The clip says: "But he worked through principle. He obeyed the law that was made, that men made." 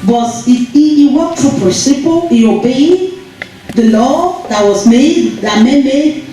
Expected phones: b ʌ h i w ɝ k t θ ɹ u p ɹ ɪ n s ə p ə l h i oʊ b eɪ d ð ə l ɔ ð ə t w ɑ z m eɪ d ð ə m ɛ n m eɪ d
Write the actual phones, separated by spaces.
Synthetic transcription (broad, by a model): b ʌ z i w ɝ t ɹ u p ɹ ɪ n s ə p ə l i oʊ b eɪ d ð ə l ɔ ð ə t w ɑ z m eɪ d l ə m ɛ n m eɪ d